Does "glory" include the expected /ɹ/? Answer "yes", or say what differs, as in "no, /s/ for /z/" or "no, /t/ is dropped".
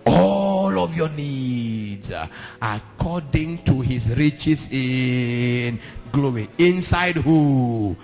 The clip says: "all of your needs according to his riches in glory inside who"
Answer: no, /w/ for /ɹ/